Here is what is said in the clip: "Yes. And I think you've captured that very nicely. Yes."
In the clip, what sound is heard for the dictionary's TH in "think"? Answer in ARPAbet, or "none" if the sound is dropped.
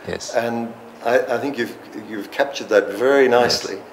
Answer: TH